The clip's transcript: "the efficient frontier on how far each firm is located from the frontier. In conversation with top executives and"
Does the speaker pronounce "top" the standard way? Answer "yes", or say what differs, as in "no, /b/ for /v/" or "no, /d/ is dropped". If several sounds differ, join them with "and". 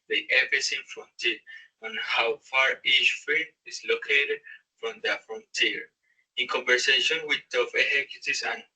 no, /f/ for /p/